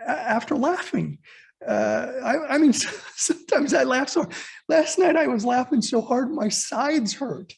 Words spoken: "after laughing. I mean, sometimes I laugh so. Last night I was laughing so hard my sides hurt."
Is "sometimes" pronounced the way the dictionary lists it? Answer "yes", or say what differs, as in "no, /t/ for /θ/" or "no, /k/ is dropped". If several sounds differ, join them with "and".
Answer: yes